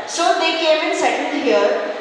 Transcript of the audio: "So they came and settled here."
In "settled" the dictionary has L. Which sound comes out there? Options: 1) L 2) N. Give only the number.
2